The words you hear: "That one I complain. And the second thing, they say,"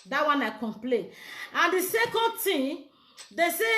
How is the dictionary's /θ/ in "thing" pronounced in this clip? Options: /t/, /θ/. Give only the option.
/t/